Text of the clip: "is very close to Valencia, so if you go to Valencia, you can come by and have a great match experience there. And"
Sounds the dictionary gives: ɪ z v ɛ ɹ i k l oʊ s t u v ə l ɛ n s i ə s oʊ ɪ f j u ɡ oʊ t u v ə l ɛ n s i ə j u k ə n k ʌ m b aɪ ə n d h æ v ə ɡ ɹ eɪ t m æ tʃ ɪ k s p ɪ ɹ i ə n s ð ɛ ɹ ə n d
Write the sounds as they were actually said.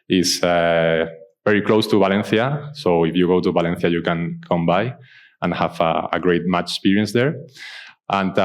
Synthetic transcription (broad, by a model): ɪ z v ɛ ɹ i k l oʊ s t u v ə l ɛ n θ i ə s oʊ ɪ f j u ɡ oʊ t u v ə l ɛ n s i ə j u k ə n k ʌ m b aɪ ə n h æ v ə ɡ ɹ eɪ t m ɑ tʃ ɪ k s p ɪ ɹ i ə n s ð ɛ ɹ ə n